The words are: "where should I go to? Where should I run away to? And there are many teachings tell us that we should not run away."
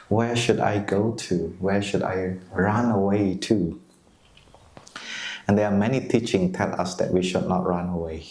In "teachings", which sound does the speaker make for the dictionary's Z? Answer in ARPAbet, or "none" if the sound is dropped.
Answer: none